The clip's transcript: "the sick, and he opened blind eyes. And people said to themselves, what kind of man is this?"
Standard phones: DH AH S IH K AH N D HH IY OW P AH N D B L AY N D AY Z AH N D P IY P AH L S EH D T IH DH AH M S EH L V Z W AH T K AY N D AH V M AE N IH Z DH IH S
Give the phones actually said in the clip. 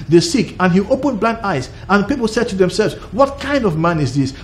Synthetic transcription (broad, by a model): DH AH S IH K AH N HH IY OW P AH N B L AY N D AY Z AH N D P IY P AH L S EH D T IH DH AH M S EH L V Z W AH T K AY N D AH V M AE N IH Z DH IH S